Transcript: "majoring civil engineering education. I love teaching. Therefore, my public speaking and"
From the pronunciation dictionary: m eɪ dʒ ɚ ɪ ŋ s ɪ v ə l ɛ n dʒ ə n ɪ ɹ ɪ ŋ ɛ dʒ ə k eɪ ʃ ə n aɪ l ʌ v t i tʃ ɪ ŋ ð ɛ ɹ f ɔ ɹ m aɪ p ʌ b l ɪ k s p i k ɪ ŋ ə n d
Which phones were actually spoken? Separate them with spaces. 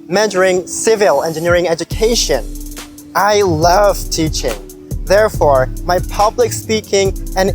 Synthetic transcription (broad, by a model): m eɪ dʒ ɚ ɪ ŋ s ɪ v ə l ɛ n dʒ ə n ɪ ɹ ɪ ŋ ɛ dʒ ə k eɪ ʃ ə n aɪ l ʌ v t i tʃ ɪ ŋ ð ɛ ɹ f ɔ ɹ m aɪ p ʌ b l ɪ k s p i k ɪ ŋ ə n